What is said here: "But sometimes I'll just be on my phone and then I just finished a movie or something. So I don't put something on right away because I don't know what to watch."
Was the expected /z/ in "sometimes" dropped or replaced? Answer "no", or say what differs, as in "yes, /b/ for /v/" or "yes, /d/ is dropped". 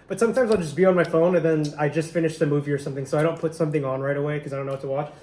no